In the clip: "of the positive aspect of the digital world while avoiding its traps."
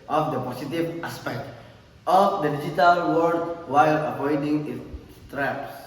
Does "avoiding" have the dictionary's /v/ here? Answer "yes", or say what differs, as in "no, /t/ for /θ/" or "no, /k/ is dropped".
no, /p/ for /v/